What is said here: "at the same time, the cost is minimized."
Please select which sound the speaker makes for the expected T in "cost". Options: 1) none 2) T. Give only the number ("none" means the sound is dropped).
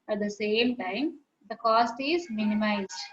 2